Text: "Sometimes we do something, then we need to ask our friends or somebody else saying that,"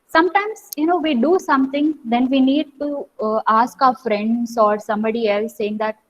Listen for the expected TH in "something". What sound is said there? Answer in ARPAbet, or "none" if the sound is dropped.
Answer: T